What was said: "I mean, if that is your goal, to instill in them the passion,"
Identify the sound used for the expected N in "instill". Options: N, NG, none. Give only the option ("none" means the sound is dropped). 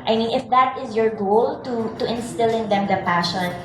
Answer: N